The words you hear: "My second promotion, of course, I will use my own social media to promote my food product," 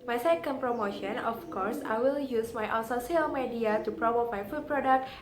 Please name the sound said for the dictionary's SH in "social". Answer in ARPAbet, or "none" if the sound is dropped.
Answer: S